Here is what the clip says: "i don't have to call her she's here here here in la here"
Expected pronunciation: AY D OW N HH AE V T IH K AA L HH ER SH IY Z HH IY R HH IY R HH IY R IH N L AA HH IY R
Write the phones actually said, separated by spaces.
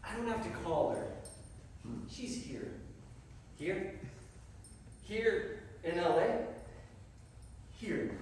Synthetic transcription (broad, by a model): AY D OW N HH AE F T IH K AA L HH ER SH IY Z HH IY R HH IY R HH IY R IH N L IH HH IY R